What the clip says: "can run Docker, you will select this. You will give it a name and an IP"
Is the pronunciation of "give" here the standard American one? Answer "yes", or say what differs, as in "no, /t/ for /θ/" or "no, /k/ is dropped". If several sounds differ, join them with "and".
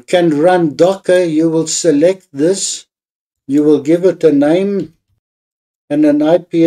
yes